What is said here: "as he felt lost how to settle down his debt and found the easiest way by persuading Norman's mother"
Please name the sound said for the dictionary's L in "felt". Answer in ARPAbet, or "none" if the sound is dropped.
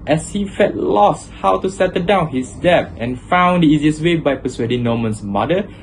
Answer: none